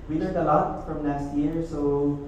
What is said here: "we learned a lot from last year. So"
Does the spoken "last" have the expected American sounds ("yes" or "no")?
no